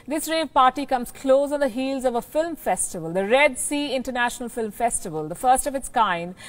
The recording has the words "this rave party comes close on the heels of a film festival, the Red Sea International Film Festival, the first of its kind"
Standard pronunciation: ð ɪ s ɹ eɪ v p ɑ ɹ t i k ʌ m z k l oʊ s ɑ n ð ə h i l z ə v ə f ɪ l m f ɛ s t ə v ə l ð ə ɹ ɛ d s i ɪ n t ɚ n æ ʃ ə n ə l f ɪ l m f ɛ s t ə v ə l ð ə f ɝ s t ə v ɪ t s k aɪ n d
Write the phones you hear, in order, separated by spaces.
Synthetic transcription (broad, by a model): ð ɪ s ɹ eɪ v p ɑ ɹ t i k ʌ m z k l oʊ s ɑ n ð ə h i l z ə v ə f ɪ l m f ɛ s t ə v ə l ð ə ɹ ɛ d s i ɪ n t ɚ n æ ʃ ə n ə l f ɪ l m f ɛ s t ə v ə l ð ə f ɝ s t ə v ɪ t s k aɪ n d